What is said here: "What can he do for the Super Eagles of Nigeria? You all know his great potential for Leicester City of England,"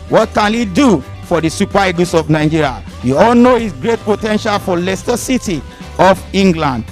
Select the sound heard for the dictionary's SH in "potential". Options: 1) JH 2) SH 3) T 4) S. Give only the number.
2